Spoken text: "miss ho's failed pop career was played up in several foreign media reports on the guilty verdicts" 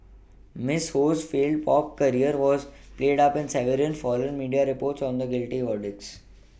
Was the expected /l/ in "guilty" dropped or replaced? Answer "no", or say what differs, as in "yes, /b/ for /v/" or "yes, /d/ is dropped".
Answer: no